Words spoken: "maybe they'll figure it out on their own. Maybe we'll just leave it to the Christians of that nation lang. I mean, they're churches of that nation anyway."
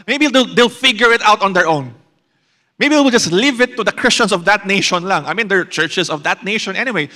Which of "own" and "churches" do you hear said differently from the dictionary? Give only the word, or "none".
churches